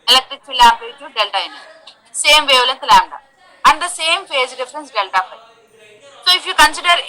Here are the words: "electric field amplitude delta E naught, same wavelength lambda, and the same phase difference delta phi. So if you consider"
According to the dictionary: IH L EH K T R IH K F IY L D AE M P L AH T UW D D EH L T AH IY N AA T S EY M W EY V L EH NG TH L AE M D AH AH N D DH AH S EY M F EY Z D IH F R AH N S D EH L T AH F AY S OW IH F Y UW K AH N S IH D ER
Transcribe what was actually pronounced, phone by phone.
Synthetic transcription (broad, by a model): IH L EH K T R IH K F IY L AA P AH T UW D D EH L T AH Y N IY S EY M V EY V L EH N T L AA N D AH AH N D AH S EY M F EY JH D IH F R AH N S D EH L T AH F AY S OW IH F Y UW K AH N S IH D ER